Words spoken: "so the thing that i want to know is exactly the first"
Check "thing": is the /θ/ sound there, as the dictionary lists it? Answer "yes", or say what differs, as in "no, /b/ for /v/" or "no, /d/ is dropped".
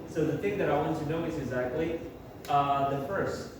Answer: yes